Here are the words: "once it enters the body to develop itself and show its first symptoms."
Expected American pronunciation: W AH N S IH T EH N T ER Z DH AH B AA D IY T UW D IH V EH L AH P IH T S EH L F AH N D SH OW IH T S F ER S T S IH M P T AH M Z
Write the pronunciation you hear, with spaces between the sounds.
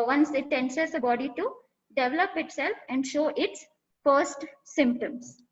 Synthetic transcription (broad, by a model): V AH N S IH T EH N S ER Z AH B AA D IY T UW D IH V EH L AH P IH T S EH L F AH N D SH OW IH T S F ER S T S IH M P T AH M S